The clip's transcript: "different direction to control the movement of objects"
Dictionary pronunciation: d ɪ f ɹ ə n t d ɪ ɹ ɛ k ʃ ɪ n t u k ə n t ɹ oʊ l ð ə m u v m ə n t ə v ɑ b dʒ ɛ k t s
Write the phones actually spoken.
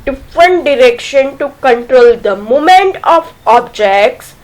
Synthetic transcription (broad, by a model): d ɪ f ɹ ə n t d ɪ ɹ ɛ k ʃ ɪ n t u k ə n t ɹ oʊ l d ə m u m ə n t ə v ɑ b dʒ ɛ k t s